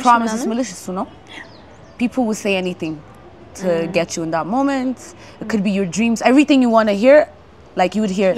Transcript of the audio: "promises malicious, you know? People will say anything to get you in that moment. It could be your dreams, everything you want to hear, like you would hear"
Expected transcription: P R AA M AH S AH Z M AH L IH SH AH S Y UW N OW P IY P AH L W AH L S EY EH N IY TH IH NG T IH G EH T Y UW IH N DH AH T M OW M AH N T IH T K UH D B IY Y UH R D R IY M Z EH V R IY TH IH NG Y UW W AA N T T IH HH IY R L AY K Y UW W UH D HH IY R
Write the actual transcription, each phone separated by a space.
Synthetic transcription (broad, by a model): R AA M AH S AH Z M AH L IH SH AH S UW N OW P IY P L W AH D S EY EH N IY TH IH NG T IH G EH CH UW IH N DH AH T M OW M AH N T IH T K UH D B IY Y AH R D R IY M Z EH V R IY TH IH NG Y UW W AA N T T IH HH IY R L AY K Y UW W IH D HH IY R